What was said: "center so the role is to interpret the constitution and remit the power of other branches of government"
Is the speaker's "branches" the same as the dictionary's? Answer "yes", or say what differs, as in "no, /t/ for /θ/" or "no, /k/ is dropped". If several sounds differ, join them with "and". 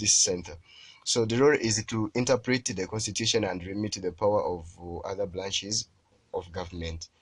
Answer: no, /l/ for /ɹ/